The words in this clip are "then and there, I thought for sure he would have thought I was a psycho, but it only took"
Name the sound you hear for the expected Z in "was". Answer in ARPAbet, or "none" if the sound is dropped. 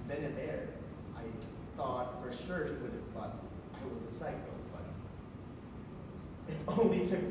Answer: Z